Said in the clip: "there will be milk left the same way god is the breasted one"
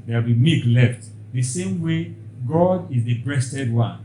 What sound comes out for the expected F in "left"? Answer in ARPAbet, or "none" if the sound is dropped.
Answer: F